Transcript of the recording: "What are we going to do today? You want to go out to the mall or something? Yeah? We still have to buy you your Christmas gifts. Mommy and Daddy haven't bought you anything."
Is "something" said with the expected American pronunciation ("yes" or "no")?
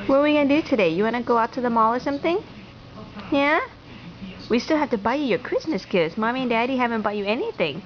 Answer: yes